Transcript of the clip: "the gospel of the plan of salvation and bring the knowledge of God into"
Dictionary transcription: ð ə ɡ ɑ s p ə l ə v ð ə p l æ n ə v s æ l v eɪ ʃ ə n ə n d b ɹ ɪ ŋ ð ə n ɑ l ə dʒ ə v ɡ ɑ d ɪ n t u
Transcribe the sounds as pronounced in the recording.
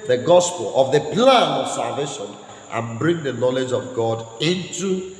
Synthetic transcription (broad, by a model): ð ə ɡ ɑ s p ə l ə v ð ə p l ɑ n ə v s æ l v eɪ ʃ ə n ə n b ɹ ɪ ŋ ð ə n ɑ l ə dʒ ə v ɡ ɑ d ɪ n t u